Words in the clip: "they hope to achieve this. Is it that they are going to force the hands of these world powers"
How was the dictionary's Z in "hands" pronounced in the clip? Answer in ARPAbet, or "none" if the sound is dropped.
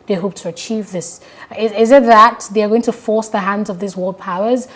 Z